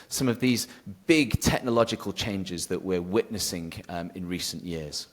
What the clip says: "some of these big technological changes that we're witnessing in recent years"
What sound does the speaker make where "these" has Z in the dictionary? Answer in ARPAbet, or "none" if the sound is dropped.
Z